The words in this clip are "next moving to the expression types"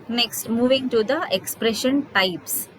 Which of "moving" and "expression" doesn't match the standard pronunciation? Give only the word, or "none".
none